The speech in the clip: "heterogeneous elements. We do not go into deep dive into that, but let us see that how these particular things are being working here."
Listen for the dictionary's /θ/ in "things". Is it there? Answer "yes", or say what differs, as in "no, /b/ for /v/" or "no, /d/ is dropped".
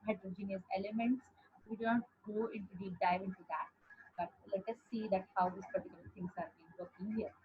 no, /t/ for /θ/